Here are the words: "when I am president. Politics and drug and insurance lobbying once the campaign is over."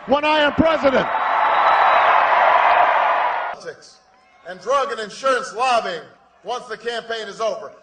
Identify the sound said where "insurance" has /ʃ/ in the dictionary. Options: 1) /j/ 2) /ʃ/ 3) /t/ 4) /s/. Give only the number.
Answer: 2